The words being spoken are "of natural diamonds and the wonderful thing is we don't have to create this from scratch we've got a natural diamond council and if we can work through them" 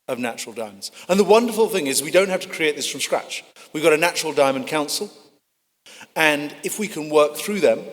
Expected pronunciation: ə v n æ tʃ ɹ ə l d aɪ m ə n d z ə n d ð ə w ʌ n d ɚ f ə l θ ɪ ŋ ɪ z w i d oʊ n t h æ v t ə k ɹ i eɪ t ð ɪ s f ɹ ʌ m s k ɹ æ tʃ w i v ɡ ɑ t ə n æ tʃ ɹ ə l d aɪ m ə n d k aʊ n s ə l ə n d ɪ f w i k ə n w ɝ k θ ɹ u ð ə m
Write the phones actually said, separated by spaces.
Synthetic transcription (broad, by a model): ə v n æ tʃ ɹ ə l d aɪ m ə n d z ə n ð ə w ʌ n d ɚ f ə l θ ɪ ŋ ɪ z w i d oʊ n t h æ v t ə k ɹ i eɪ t ð ɪ s f ɹ ʌ m s k ɹ æ tʃ w i v ɡ ɑ t ə n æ tʃ ɹ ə l d aɪ m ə n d k aʊ n s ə l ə n ɪ f w i k ə n w ɝ k θ ɹ u ð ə m